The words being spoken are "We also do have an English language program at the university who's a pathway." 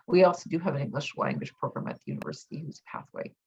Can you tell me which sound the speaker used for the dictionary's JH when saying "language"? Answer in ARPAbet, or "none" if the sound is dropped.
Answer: SH